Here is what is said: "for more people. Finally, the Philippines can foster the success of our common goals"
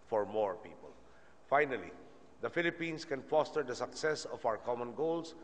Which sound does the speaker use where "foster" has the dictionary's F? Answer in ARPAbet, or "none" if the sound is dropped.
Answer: F